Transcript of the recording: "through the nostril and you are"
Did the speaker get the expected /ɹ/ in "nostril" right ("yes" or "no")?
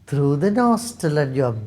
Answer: no